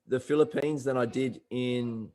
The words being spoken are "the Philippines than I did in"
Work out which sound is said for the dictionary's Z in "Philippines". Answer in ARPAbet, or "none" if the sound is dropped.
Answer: Z